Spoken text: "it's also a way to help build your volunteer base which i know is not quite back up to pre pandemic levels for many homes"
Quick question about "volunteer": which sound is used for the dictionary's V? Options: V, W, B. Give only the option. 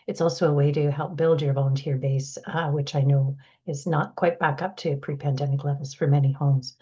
V